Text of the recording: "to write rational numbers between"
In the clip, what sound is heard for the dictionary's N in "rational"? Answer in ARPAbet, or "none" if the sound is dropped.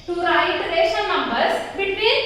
none